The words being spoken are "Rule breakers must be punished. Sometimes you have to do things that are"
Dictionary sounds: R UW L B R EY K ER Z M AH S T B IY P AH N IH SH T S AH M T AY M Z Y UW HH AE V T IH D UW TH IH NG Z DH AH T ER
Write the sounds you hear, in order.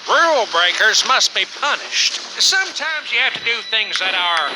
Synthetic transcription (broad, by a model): R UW L B R EY K ER Z M AH S T B IY P AH N IH SH T S AH M T AY M Z Y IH HH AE F T IH D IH TH IH NG Z DH AH T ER